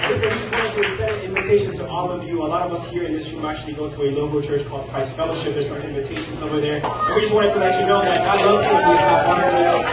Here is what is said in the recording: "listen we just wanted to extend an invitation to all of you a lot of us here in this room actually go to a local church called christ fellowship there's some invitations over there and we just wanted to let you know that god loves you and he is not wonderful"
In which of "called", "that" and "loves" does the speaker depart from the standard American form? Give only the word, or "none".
loves